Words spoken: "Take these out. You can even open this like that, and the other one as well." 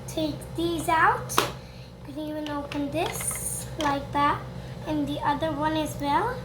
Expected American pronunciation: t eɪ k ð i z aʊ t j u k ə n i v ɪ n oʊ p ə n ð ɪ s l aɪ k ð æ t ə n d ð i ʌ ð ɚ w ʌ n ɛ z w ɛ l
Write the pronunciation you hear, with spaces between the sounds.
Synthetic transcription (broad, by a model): t eɪ k ð i z aʊ t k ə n i v ɪ n oʊ p ə n ð ɪ s l aɪ k ð æ t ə n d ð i ʌ ð ɚ w ʌ n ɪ z w ɛ l